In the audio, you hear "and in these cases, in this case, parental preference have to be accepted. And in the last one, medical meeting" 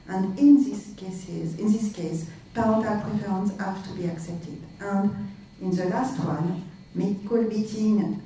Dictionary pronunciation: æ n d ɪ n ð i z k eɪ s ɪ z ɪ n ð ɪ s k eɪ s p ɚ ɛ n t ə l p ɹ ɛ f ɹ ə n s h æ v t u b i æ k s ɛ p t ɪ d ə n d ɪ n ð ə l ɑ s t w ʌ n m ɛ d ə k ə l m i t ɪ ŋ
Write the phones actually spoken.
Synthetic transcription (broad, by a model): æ n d ɪ n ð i s k eɪ s ɪ z ɪ n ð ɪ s k eɪ s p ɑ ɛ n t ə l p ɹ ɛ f ə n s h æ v t u b i æ k s ɛ p t ɪ d ə n d ɪ n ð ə l ɑ s t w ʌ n m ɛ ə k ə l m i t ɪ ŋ